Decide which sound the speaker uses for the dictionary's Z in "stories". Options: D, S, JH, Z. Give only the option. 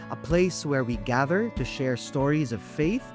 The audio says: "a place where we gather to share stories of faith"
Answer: Z